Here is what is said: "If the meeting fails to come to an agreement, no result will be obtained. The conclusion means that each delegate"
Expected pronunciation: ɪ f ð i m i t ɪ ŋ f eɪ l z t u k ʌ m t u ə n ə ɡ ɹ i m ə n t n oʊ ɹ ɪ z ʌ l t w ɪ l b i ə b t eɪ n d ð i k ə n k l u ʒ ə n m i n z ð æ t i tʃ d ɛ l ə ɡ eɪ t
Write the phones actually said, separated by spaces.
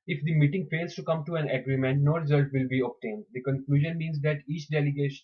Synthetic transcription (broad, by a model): ɪ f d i m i t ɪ ŋ f eɪ l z t u k ʌ m t u ə n ə ɡ ɹ i m ə n t n oʊ ɹ ɪ z ʌ l t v ɪ l b i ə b t eɪ n d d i k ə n k l u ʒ ə n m i n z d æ t i tʃ d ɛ l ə ɡ eɪ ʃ